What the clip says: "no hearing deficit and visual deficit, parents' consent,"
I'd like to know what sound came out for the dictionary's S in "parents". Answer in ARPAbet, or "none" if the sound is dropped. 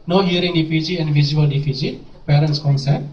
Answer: S